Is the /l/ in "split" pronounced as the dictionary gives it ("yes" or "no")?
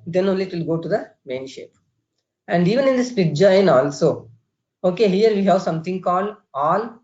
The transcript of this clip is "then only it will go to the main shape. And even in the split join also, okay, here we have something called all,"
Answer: no